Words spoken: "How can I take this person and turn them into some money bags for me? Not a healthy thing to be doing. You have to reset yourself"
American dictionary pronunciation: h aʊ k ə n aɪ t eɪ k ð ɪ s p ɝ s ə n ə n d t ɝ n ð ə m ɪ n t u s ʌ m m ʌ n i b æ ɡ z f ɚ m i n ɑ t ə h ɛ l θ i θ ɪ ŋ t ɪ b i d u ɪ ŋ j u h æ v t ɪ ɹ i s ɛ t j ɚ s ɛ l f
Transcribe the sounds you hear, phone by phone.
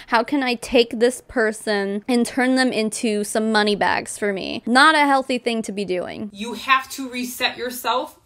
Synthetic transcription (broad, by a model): h aʊ k ə n aɪ t eɪ k ð ɪ s p ɝ s ə n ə n t ɝ n ð ə m ɪ n t u s ʌ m m ʌ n i b æ ɡ z f ɚ m i n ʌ t ə h ɛ l θ i θ ɪ ŋ t ɪ b i d u ɪ ŋ j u h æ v t ɪ ɹ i s ɛ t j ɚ s ɛ l f